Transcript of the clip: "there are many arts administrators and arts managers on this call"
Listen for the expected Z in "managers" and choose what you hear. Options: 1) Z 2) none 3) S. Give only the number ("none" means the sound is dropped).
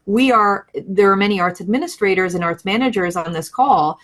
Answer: 1